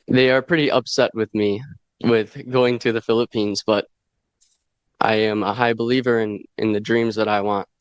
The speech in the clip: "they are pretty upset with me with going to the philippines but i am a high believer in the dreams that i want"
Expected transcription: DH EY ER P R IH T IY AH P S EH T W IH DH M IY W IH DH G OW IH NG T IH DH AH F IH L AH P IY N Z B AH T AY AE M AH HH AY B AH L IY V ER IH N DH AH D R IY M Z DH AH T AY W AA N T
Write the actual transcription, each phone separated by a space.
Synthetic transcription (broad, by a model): DH EY ER P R IH T IY AH P S EH T W IH DH M IY W IH DH G OW IH NG T IH DH AH F IH L AH P IY N Z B AH T AY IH M AH HH AY B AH L IY V ER IH N DH AH D R IY M Z DH AH T AY W AA N T